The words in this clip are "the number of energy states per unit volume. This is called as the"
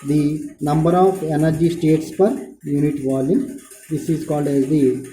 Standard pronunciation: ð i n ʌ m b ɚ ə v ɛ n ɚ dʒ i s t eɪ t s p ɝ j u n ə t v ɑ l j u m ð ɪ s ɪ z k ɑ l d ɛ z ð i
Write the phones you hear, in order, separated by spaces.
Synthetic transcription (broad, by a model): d i n ʌ m b ɚ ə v ɛ n ɚ dʒ i s t eɪ t s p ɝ j u n ə t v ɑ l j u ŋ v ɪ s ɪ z k ɑ l d ɛ z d i